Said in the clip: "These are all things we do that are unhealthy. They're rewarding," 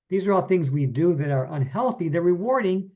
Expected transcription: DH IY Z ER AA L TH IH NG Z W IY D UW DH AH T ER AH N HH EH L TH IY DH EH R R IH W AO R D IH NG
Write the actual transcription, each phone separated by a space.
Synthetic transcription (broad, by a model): DH IY Z ER AA L TH IH NG Z W IY D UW DH AH T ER AH N HH EH L TH IY DH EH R R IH W AO R D IH NG